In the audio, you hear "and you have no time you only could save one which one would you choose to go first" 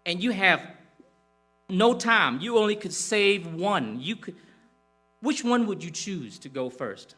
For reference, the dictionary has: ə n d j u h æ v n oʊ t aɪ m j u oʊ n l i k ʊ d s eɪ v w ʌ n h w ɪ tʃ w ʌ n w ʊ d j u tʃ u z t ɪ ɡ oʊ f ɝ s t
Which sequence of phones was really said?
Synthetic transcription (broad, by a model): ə n j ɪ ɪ v n oʊ t aɪ m j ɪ oʊ n l i k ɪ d s eɪ v w ʌ n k w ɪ tʃ w ʌ n w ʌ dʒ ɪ tʃ u z t ɪ ɡ oʊ f ɝ s t